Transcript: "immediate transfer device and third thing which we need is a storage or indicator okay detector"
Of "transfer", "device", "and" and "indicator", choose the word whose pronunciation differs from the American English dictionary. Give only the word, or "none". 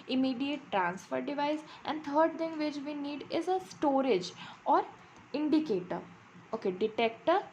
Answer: none